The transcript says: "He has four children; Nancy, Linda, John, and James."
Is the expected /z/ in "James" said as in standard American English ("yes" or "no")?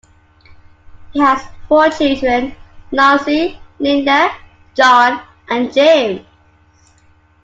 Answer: no